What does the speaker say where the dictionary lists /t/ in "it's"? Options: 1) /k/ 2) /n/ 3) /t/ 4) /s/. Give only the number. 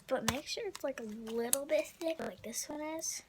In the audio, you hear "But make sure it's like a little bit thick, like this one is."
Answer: 3